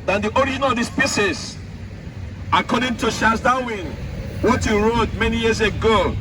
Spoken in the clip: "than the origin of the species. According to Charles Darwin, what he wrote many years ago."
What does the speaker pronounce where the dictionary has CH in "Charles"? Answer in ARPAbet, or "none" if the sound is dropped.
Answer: SH